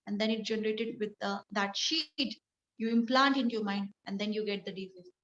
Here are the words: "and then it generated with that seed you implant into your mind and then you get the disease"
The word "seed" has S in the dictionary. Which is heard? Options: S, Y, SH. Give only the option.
SH